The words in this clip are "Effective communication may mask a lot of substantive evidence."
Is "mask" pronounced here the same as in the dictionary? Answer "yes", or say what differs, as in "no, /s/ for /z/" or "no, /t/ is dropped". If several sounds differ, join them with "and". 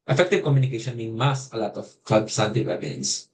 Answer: no, /k/ is dropped